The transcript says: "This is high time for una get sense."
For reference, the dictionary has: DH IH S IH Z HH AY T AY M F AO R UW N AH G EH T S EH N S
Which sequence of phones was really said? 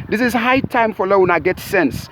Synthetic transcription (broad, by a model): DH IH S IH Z HH AY T AY M F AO L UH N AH G EH T S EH N S